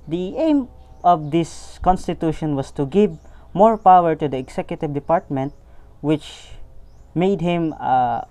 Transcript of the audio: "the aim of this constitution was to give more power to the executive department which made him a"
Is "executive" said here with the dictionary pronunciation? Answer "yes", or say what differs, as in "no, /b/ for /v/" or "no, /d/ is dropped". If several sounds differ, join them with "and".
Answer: no, /s/ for /z/